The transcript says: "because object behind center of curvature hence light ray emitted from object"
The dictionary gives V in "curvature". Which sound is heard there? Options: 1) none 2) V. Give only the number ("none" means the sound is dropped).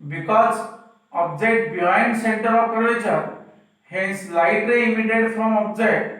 1